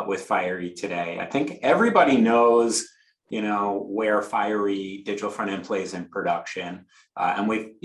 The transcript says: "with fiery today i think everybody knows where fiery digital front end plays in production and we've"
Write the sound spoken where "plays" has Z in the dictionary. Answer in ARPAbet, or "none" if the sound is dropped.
Z